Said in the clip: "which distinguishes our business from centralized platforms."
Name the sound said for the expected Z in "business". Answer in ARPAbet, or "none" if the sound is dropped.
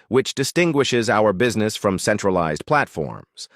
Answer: Z